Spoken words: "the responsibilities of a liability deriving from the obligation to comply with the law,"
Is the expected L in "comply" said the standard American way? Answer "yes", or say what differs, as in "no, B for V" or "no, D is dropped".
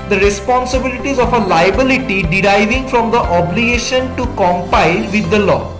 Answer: no, L is dropped